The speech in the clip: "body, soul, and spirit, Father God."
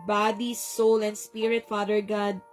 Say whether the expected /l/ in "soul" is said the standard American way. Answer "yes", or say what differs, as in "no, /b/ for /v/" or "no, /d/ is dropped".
yes